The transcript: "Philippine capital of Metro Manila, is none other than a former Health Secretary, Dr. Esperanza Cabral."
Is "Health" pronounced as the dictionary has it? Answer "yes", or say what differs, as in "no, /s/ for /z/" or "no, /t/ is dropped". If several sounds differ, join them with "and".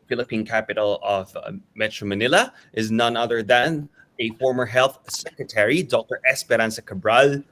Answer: yes